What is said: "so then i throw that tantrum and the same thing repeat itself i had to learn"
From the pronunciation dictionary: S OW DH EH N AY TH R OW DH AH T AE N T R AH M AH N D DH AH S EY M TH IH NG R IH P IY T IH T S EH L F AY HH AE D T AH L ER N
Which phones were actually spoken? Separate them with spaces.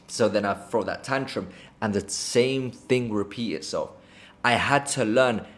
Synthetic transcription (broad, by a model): S OW DH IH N AY F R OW DH AH T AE N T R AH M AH N DH AH S EY M TH IH NG R IH P IY T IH T S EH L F AY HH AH D T AH L ER N